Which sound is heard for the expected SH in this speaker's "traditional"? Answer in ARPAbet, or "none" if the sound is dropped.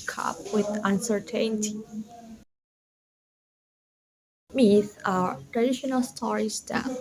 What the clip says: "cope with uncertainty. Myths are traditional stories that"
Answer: SH